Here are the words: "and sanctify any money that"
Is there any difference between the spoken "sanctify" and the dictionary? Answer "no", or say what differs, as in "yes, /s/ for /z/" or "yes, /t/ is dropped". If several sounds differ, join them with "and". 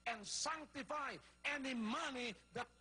no